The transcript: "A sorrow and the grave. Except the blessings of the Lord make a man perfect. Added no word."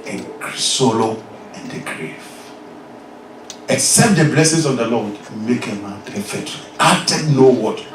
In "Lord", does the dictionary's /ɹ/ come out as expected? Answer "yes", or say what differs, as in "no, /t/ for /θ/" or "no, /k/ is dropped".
no, /w/ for /ɹ/